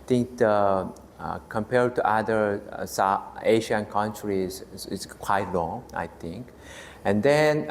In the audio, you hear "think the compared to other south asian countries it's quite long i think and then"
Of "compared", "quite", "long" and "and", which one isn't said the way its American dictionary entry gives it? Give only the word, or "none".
none